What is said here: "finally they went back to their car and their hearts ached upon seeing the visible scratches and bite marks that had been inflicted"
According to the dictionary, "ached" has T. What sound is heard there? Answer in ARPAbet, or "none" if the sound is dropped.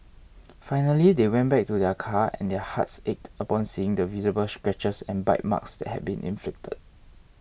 T